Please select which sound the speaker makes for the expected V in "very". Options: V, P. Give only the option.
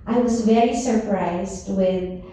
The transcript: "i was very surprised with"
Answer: V